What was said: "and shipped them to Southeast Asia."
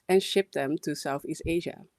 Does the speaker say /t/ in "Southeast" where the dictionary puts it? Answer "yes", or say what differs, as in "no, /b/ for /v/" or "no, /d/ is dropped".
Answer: yes